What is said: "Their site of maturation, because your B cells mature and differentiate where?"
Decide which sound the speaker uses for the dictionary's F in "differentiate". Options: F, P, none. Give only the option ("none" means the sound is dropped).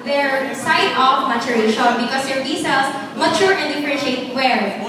P